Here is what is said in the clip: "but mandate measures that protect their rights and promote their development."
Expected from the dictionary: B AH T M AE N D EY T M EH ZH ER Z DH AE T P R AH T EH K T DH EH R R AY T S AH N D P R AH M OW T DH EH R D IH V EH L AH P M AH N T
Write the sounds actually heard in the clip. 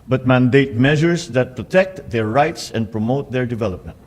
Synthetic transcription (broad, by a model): B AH T M AE N D EY T M EH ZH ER S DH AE T P R AH T EH K T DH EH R R AY T S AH N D P R AH M OW T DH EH R D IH V EH L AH P M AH N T